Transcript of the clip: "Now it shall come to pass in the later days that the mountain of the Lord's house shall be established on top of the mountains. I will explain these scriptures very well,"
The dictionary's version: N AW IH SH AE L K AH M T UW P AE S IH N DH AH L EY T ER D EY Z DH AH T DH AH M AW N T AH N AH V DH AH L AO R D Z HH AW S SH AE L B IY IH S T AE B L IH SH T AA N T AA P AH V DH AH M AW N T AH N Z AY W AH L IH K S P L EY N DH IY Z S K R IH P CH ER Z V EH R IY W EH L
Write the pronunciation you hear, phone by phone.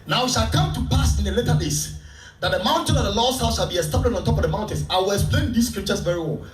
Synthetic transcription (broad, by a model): N AW IH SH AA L K AH M T UW P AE S IH N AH L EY T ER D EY S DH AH T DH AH M AW N T AH N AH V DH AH L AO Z HH AW S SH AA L B IY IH S T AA B L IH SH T AA N T AA P AH V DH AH M AW N T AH N S AY W AH L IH K S P L EY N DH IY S K R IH P CH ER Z V EH R IY W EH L